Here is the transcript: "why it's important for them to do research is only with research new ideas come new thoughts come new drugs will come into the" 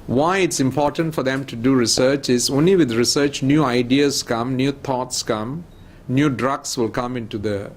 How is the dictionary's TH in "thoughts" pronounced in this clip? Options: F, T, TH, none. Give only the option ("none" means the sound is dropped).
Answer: T